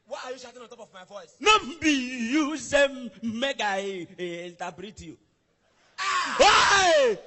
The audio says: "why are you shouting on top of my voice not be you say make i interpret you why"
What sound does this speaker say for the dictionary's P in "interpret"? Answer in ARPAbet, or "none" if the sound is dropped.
B